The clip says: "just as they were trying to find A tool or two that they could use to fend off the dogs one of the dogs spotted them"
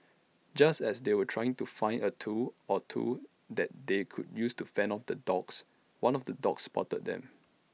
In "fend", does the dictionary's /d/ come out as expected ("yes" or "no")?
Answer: no